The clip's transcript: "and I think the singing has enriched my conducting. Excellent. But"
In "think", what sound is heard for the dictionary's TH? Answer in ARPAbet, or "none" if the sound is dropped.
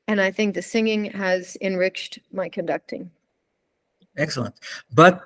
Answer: TH